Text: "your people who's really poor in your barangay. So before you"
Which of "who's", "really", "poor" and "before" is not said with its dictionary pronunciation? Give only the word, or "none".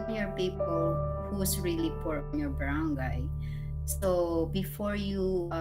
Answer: who's